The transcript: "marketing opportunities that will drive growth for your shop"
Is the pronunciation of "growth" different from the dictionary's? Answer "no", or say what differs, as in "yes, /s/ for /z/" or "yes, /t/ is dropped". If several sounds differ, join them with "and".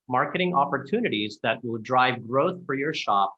no